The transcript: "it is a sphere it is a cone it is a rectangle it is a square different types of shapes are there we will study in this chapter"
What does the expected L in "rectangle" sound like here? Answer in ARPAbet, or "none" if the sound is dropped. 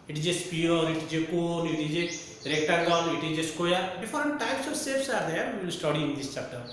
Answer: N